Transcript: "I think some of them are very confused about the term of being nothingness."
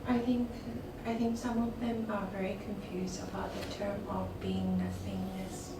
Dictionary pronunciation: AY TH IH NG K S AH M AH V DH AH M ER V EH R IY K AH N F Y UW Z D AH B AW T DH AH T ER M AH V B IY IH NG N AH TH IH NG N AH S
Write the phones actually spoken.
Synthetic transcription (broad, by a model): AY TH IH NG K S AH M AH V DH AH M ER V EH R IY K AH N F Y UW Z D AH B AW T DH AH T ER M AH V B IY IH NG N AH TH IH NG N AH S